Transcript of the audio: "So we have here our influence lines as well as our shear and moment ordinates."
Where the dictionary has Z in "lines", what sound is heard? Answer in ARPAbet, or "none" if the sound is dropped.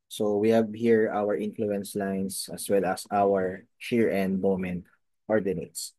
S